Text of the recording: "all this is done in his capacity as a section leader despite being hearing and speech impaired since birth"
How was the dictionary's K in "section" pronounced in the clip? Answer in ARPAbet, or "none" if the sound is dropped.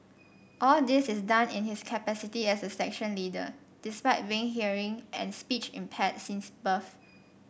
K